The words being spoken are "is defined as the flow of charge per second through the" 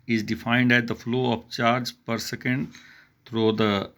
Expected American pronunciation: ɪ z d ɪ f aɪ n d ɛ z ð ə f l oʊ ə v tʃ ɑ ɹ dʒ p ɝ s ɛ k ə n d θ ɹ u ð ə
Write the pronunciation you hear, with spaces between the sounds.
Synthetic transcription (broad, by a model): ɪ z d ɪ f aɪ n d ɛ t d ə f l oʊ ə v tʃ ɑ ɹ dʒ p ɝ s ɛ k ə n d t ɹ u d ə